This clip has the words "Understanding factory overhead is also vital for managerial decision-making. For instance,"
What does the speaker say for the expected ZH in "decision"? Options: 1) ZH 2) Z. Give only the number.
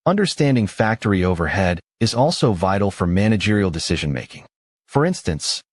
1